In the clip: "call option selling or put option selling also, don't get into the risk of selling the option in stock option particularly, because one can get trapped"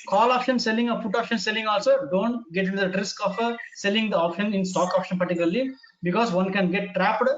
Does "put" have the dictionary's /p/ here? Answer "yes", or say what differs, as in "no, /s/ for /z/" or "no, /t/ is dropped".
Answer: no, /f/ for /p/